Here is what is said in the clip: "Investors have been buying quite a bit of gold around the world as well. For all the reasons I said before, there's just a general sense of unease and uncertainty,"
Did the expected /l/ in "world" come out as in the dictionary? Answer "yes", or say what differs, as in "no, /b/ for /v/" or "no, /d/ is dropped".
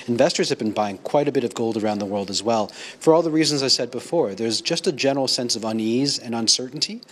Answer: yes